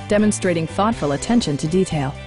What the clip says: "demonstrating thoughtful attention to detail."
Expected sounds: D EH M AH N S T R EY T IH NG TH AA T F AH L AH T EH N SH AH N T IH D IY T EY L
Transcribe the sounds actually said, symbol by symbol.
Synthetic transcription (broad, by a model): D EH M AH N S T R EY T IH NG TH AA T F AH L AH T EH N SH AH N T IH D IY T EY L